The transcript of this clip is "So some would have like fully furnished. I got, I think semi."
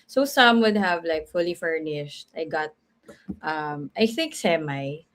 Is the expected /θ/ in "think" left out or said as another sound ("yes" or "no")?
no